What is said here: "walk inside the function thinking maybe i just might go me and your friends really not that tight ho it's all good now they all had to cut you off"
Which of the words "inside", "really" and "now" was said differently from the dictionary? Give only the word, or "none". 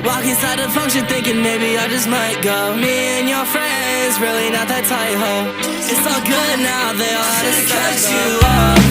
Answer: inside